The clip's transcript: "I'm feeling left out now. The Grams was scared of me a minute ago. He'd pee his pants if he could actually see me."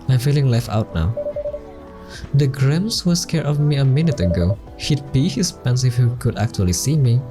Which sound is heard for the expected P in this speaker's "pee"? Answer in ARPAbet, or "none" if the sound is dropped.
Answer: B